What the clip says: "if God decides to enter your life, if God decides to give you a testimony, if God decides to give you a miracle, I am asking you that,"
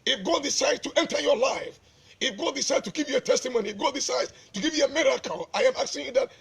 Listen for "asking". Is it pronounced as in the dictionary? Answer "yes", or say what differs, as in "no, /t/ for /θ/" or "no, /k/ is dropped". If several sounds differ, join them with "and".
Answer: no, /s/ is dropped